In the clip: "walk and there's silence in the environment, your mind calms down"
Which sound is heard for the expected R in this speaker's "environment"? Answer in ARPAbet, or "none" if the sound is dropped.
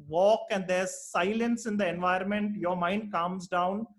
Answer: none